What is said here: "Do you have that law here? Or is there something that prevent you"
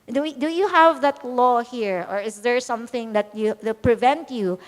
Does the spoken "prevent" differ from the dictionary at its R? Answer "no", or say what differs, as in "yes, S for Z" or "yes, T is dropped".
no